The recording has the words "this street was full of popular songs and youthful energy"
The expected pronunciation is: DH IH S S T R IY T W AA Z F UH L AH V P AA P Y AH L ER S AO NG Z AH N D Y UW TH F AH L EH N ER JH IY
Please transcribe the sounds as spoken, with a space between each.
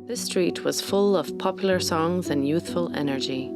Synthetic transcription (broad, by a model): DH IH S S T R IY T W AA Z F UH L AH V P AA P Y L ER S AO NG Z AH N Y UW TH F AH L EH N ER JH IY